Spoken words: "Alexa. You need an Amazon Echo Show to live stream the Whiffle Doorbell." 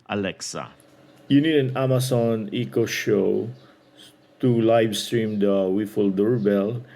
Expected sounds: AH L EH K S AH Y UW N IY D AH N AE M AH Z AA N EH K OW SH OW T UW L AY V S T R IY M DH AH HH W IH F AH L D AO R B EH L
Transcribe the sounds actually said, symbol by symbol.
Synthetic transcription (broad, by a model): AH L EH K S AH Y UW N IY D AH N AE M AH S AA N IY K OW SH OW T UW L AY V S T R IY M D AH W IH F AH L D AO R B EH L